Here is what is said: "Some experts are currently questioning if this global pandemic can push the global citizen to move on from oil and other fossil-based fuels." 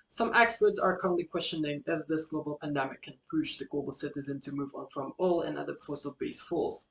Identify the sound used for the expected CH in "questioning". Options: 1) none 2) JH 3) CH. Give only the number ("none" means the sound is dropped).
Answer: 3